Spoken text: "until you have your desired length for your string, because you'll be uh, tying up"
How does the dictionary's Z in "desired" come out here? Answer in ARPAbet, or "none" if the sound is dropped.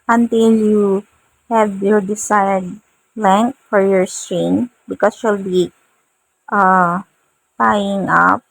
S